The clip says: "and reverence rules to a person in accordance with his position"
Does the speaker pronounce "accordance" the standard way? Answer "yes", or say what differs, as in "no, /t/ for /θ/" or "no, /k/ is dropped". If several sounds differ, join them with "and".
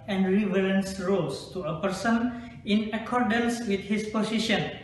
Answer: yes